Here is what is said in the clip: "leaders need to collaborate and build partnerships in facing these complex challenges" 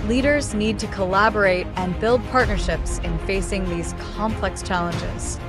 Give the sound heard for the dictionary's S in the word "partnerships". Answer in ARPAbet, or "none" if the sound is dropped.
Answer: S